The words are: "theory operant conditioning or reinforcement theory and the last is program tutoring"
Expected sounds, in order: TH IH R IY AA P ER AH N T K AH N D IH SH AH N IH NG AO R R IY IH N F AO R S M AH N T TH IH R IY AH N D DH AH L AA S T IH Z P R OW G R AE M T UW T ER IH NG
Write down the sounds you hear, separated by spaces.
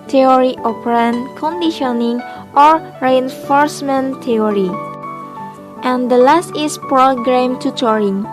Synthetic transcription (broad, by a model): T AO R IY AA P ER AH N K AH N D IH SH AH N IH NG AO R R IY IH N F AO R S M AH N T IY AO R IY AH N D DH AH L AA S T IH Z P R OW G R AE M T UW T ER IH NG